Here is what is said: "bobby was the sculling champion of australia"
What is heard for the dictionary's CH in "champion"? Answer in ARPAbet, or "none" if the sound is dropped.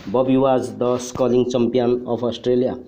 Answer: S